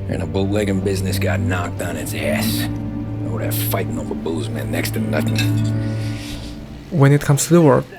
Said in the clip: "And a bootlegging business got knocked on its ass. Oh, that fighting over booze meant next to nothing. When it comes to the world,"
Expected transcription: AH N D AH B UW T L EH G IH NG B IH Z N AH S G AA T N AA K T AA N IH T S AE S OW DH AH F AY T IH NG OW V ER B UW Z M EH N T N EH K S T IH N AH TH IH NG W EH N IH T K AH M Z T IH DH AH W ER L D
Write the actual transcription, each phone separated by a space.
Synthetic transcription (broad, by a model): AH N AH B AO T L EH G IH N B IH Z N AH S G AA T N AA K T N IH T S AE S OW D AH F AY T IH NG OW B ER B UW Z M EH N N EH K S T IH N AH TH IH NG W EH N IH T K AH M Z T IH DH AH W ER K